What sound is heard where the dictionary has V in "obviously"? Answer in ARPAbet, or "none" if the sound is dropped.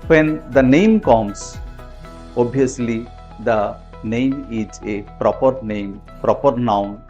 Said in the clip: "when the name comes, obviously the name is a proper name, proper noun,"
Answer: none